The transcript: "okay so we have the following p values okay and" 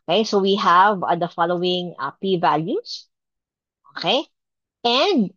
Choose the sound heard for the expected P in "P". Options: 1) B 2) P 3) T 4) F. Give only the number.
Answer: 2